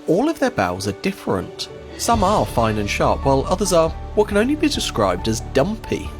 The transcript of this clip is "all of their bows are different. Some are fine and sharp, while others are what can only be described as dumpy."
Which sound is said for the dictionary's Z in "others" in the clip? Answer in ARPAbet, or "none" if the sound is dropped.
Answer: Z